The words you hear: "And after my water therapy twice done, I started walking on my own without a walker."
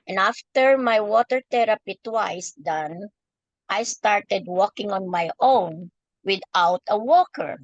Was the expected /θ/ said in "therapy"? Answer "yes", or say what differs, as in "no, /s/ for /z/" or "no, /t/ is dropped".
no, /t/ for /θ/